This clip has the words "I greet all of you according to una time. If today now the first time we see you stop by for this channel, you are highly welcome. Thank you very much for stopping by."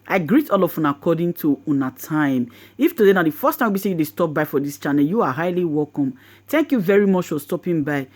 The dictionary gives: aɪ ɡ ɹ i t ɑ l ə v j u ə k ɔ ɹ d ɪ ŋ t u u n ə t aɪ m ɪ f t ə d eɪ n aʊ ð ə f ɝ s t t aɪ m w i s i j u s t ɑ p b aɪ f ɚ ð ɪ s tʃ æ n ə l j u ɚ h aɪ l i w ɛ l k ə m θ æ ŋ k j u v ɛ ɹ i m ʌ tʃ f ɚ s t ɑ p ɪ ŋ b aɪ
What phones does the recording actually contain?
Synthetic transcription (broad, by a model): aɪ ɡ ɹ i t ɑ l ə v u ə k ɔ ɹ d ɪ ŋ t u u n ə t aɪ m ɪ f t ə d eɪ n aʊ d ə f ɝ s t t aɪ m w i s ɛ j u s t ɑ p b aɪ f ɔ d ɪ s tʃ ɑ n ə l j u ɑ h aɪ l i w ɛ l k ə m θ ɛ ŋ k j u v ɛ ɹ i m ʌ tʃ f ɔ s t ɑ p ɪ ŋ b aɪ